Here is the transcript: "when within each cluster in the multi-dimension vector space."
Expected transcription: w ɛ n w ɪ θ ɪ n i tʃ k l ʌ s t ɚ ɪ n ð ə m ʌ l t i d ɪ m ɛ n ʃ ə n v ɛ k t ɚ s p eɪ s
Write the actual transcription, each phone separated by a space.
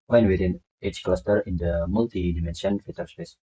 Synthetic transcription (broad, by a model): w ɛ n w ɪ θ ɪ n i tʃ k l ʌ s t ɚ ɪ n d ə m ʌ l t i d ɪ m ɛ n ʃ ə n f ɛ t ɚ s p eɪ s